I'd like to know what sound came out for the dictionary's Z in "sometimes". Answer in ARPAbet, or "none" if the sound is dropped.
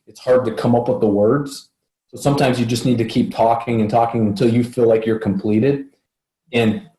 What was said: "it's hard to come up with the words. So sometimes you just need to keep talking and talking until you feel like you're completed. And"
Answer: Z